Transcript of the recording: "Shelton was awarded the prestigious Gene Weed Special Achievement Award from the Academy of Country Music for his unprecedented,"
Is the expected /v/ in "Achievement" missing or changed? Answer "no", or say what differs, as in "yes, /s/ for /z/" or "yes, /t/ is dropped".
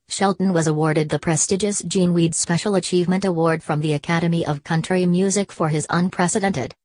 no